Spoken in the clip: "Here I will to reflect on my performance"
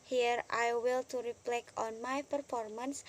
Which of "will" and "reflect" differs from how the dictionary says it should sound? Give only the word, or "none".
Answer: reflect